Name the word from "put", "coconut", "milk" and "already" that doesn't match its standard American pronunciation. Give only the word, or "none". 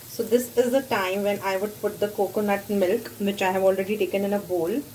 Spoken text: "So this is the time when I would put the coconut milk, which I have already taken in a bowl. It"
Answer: none